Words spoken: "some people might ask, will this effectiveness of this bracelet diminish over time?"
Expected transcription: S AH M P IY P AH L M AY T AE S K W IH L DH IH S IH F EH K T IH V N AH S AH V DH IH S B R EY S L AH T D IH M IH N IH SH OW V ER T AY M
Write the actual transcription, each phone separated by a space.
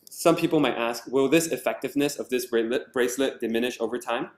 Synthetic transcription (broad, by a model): S AH M P IY P L M AY T AE S K W IH L DH IH S IH F EH K T IH V N AH S AH V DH IH S B R EY S L AH T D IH M IH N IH SH OW V ER T AY M